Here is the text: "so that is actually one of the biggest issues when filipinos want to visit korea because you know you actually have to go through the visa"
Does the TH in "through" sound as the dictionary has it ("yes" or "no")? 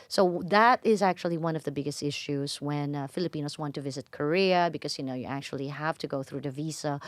yes